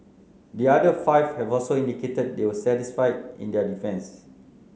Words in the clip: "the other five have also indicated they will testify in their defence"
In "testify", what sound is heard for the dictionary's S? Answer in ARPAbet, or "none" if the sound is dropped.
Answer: none